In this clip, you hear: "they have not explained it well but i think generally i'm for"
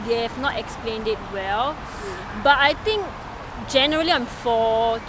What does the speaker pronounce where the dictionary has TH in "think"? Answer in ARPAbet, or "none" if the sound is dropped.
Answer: T